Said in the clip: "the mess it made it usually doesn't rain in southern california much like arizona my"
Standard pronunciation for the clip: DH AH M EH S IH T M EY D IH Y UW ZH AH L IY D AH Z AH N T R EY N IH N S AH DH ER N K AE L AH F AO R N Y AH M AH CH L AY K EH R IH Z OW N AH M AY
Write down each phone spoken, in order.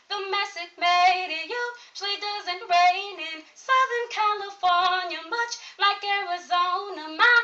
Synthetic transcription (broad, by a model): DH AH M EH S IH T M EY D IH Y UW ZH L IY D AH Z AH N T R EY N IH N S AH DH ER N K AE L AH F AO R N Y AH M AH CH L AY K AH R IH Z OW N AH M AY